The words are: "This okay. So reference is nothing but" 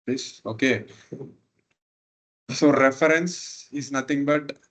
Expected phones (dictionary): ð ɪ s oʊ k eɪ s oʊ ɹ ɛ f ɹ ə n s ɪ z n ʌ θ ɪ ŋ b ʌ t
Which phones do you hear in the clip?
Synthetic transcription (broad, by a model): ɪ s oʊ k eɪ s oʊ ɹ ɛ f ɹ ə n s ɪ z n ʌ t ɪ ŋ b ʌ t